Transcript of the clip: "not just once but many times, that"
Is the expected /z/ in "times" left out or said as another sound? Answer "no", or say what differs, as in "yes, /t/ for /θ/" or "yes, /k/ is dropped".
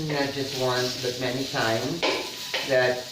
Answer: no